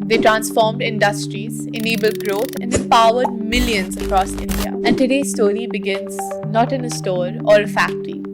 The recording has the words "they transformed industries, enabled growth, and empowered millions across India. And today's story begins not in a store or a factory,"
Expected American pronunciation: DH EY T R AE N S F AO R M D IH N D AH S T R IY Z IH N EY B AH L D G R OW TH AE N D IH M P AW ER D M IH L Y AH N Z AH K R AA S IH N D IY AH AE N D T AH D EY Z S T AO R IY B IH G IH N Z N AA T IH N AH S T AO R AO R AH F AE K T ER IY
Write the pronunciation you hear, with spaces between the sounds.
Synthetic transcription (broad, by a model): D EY T R AE N S F AO R M D IH N D AH S T R IY Z IH N EY B AH L D G R OW T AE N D IH M P AW ER D M IH L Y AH N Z AH K R AA S IH N D IY AH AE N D T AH D EY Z S T AO R IY B IH G IH N Z N AA T IH N AH S T AO R AO R AH F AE K T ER IY